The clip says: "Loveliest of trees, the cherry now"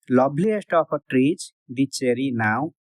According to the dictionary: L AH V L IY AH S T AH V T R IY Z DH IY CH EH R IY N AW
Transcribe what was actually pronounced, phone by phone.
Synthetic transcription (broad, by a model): L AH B L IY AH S T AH P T R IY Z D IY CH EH R IY N AW